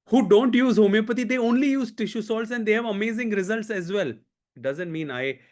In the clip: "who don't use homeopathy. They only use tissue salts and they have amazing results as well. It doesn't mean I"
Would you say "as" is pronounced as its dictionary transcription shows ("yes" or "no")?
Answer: yes